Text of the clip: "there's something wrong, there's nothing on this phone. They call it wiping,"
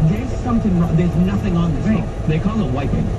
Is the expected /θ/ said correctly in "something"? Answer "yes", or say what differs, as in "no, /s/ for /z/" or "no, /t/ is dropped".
yes